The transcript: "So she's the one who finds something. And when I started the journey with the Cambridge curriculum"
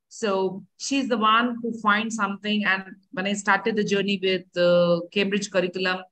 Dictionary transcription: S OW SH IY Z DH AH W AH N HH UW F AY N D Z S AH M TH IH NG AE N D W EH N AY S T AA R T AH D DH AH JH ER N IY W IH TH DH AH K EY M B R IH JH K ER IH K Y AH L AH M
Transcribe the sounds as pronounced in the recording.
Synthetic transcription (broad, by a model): S OW SH IY Z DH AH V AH N HH UW F AY N D S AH M T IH NG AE N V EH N AY S T AA R T AH D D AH JH ER N IY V IH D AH K EY M B R IH JH K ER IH K Y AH L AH M